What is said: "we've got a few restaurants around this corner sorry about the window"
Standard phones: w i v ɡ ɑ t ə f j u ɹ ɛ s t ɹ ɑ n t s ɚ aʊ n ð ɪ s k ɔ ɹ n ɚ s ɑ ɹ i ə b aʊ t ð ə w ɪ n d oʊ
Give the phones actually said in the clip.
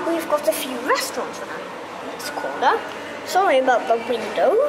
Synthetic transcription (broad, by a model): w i v ɡ ɑ t ə f j u ɹ ɛ s t ɹ ɑ n t s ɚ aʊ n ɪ s k ɔ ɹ ɚ s ɑ ɹ i ə b aʊ t ð ə w ɪ n d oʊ